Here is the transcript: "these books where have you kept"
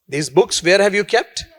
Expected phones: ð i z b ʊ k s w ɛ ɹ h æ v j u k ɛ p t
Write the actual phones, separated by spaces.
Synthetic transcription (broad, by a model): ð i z b ʊ k s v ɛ ɹ h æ v j u k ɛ p t